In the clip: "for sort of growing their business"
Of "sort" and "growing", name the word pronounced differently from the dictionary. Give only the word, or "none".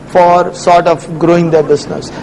none